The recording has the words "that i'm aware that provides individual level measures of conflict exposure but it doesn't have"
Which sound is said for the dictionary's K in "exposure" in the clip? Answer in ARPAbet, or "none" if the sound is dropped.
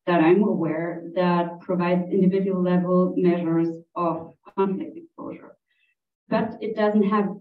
K